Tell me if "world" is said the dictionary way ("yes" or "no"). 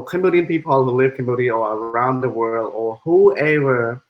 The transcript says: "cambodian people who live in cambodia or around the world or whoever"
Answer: yes